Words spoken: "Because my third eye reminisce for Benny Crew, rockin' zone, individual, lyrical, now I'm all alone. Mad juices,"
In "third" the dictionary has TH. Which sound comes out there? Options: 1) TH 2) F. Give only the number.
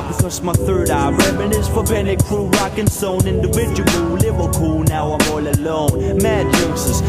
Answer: 1